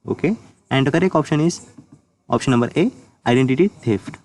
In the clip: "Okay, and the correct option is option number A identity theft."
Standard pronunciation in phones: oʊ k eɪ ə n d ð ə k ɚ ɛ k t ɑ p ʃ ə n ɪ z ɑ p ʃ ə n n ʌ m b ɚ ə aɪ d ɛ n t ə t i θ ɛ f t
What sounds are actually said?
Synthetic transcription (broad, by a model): oʊ k eɪ ə n d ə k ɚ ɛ k ɑ p ʃ ə n ɪ z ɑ p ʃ ə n n ʌ m b ɚ ə aɪ d ɛ n t ə t i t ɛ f t